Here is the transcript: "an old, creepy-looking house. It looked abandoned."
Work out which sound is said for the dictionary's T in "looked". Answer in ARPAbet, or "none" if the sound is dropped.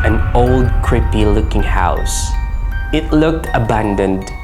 T